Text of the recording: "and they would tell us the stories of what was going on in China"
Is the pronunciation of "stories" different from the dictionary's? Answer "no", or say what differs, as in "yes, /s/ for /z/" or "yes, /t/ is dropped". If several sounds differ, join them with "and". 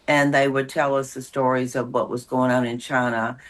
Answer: no